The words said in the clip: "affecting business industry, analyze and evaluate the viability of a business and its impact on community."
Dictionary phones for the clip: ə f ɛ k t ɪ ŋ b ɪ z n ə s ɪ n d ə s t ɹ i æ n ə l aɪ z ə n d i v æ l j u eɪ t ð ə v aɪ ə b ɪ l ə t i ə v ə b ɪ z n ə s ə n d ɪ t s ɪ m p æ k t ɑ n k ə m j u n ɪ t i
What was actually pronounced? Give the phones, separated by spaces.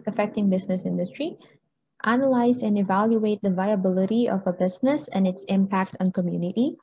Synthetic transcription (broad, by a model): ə f ɛ k t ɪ ŋ b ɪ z n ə s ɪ n d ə s t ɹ i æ n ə l aɪ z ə n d i v æ l j u eɪ t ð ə v aɪ ə b ɪ l ə t i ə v ə b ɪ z n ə s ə n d ɪ t s ɪ m p æ k t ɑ n k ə m j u n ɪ t i